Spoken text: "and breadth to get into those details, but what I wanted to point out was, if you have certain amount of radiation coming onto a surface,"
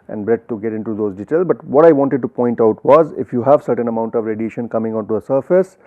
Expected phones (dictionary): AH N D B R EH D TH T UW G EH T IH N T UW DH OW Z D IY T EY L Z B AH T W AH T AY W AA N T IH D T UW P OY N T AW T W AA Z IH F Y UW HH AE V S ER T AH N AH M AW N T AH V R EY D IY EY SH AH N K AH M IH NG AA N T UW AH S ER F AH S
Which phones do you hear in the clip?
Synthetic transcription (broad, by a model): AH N D B R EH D T UW G EH T IH N T UW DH OW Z D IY T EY L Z B AH T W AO T AY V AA N T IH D T UW P OY N T AW T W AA Z IH F Y UW HH AE V S ER T AH N AH M AW N T AH V R EY D IY EY SH AH N K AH M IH NG AA N T UW AH S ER F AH S